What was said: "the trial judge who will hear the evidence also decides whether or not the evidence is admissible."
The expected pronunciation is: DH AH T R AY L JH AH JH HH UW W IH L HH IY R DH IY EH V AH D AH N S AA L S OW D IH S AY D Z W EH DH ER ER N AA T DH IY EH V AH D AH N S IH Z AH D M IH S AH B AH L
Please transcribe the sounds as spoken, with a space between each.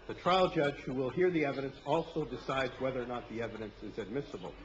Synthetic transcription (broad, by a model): DH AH T R AY L JH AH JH HH UW W IH L HH IY R DH IY EH V AH D AH N S AA L S OW D IH S AY D Z W EH DH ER ER N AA T DH IY EH V AH D AH N S IH Z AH D M IH S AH B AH L